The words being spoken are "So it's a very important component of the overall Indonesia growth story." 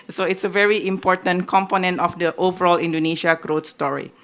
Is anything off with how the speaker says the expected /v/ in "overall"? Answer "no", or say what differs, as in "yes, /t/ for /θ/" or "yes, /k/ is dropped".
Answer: no